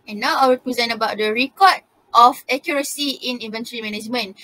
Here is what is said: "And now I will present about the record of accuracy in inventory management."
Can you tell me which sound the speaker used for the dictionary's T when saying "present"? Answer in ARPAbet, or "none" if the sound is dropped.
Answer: none